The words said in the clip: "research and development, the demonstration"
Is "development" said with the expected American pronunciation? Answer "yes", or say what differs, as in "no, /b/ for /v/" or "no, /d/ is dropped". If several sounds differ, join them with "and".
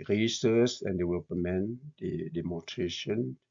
no, /w/ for /v/ and /p/ is dropped